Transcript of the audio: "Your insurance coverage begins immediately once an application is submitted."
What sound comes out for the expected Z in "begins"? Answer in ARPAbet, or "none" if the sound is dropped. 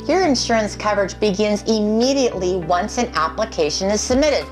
Z